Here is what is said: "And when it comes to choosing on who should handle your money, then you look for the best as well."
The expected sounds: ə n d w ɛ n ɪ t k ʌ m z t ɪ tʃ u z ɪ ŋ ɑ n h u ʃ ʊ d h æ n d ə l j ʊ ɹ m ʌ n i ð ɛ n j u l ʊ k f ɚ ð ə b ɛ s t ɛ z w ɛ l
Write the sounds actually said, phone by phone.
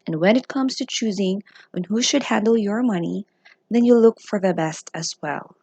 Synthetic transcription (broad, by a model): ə n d w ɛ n ɪ t k ʌ m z t ɪ tʃ u z ɪ ŋ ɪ n h u ʃ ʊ d h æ n d l j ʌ ɹ m ʌ n i ð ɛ n j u l ʊ k f ɚ ð ə b ɛ s t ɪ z w ɛ l